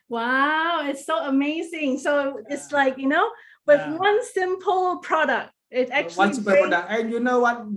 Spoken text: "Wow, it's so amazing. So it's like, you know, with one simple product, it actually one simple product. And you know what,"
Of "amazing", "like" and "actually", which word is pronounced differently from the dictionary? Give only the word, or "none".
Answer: actually